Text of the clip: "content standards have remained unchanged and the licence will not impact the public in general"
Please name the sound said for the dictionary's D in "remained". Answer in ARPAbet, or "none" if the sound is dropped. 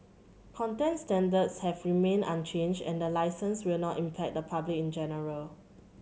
none